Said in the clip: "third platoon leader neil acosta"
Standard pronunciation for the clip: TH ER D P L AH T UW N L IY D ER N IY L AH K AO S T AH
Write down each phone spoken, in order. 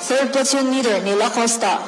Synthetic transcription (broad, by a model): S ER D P AH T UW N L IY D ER N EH L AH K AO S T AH